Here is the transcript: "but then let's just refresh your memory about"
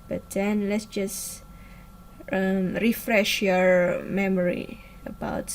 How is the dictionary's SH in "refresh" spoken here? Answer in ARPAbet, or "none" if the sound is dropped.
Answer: SH